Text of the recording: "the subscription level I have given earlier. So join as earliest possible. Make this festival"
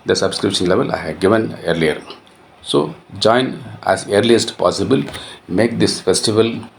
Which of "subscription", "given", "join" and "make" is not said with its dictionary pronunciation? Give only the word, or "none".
none